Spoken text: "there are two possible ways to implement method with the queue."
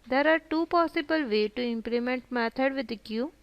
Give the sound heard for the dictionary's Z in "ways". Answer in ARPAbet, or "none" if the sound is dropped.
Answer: none